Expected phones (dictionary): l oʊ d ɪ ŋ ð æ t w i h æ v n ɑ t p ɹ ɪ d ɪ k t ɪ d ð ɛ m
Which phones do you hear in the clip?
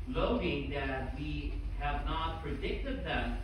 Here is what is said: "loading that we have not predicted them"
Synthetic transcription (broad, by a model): l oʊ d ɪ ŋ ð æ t w i h æ v n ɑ t p ɹ ɪ d ɪ k t ɪ d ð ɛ m